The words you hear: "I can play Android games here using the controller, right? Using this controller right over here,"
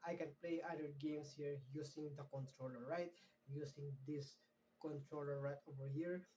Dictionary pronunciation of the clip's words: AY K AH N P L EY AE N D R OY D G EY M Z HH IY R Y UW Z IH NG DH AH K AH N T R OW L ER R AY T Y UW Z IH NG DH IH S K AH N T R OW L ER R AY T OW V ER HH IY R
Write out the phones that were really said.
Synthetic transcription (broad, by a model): AY K AH N P L EY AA D EH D G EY M S HH IY R Y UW S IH NG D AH K AH N T R OW L ER R AY T Y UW S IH NG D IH S K AH N T R OW L ER R AY T OW V ER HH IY R